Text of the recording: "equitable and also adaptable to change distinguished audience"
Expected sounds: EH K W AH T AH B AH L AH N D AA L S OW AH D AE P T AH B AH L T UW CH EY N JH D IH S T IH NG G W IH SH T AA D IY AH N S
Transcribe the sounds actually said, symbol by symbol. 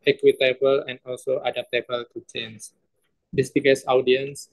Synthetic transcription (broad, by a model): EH K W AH T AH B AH L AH N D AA L S OW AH D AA P T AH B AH L T UW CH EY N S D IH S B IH G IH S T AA D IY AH N S